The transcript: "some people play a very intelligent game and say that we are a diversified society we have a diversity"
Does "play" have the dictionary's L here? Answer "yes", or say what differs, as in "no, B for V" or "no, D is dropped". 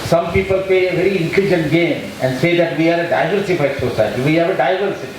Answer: no, L is dropped